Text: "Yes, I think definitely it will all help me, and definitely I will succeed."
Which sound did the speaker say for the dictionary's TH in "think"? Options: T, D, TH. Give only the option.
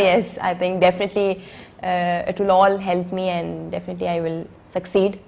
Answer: T